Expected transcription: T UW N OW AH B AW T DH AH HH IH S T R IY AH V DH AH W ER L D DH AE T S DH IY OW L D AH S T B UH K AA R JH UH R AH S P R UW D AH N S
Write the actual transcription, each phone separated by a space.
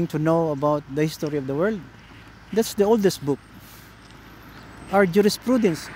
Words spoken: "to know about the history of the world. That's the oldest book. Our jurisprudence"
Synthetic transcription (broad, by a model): T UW N OW AH B AW T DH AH HH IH S T R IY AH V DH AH W ER L D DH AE T S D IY OW L D AH S T B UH K AA R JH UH R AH S P R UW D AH N S